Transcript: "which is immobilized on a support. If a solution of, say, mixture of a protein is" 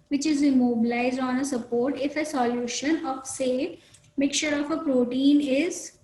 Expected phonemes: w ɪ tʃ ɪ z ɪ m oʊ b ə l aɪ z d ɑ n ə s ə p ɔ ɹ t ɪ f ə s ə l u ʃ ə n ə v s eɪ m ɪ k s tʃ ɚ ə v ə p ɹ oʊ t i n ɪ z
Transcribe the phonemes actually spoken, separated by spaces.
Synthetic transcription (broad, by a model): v ɪ tʃ ɪ z ɪ m oʊ b ə l aɪ z d ɑ n ə s ə p ɔ ɹ t ɪ f ə s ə l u ʃ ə n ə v s eɪ m ɪ k tʃ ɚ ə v ə p ɹ oʊ t i n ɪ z